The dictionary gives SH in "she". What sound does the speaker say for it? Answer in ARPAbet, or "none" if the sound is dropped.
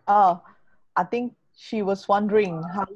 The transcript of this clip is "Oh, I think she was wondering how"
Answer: SH